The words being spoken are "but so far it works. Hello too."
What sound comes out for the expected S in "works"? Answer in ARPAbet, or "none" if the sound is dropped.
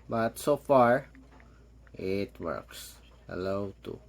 S